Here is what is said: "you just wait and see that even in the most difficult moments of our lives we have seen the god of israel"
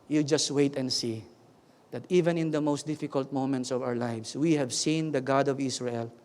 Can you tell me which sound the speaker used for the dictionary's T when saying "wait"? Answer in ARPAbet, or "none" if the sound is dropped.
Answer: T